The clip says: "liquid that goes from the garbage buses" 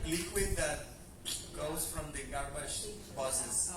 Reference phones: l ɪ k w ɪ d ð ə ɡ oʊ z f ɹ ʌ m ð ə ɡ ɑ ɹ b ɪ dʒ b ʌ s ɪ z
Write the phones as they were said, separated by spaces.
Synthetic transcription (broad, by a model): l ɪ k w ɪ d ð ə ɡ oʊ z f ɹ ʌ m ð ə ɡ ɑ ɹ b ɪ ʃ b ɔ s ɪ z